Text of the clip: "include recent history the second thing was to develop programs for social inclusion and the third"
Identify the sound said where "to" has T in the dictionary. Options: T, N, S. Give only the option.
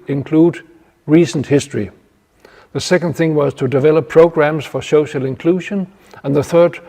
T